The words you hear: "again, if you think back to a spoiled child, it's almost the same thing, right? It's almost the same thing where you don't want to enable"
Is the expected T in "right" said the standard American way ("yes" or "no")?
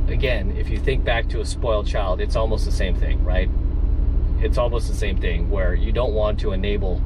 yes